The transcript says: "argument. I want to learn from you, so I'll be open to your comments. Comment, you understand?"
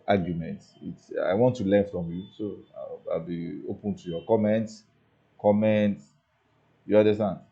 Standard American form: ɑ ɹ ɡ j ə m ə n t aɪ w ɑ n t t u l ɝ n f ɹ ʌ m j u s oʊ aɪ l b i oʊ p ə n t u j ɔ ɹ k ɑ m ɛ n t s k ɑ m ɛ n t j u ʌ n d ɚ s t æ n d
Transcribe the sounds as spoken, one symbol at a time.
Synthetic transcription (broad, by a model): ɑ ɡ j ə m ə n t aɪ w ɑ n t t u l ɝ n f ɹ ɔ m j u s oʊ aɪ l b i oʊ p ə n t u j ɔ k ɑ m ɛ n t s k ɑ m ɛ n t j u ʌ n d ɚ s t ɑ n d